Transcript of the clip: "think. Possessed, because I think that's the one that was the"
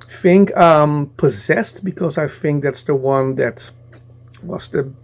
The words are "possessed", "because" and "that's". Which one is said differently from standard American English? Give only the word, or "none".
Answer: none